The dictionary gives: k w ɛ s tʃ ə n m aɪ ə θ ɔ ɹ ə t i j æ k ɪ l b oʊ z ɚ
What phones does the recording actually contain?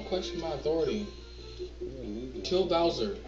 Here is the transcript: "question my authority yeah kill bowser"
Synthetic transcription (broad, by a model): k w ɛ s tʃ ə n m aɪ ə θ ɔ ɹ ə t i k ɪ l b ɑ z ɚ